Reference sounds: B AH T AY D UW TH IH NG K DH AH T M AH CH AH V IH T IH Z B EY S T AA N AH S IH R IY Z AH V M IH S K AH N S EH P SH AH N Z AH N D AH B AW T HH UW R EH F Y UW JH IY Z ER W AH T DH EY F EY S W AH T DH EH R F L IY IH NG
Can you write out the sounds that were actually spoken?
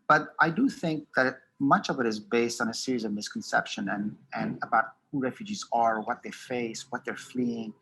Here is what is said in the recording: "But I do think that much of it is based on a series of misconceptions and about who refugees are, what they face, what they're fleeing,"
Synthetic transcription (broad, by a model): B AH T AY D UW TH IH NG K DH AH T M AH CH AH V IH T IH Z B EY S T N AH S IH R IY Z AH V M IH S K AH N S EH P SH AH N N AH N AH B AW T HH UW R EH F Y UW JH IY Z ER W AH T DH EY F EY S W AH T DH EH R F L IY IH NG